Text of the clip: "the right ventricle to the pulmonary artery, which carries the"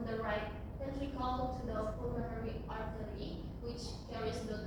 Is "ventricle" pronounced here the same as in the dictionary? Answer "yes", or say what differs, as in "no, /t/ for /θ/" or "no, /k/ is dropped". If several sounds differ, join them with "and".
no, /l/ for /ɹ/